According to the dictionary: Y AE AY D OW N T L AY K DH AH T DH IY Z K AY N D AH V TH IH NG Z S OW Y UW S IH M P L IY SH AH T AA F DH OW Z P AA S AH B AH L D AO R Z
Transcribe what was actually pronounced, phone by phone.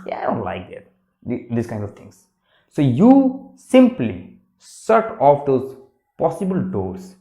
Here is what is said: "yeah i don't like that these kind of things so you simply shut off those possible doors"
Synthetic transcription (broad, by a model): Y AY D OW N T L AY K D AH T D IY S K AY N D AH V T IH NG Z S OW Y UW S IH M P L IY S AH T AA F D OW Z P AA S AH B AH L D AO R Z